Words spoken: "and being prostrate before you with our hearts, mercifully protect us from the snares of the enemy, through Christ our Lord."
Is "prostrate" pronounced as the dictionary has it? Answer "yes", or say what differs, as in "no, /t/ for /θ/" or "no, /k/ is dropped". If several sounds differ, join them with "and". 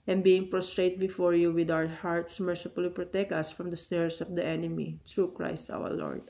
yes